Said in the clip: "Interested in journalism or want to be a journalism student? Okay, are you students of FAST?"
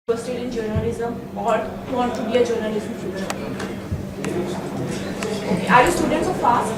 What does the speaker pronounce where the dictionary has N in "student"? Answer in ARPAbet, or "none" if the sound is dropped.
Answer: none